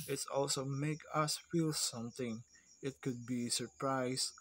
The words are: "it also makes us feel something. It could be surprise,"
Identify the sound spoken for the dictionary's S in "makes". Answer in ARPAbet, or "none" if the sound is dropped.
none